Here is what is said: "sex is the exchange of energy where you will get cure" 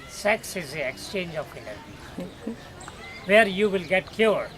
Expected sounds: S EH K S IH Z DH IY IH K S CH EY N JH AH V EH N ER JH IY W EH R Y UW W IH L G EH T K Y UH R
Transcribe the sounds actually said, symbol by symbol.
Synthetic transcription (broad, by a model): S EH K S IH Z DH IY IH K S CH EY N JH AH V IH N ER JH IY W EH R Y UW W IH L G EH T K Y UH R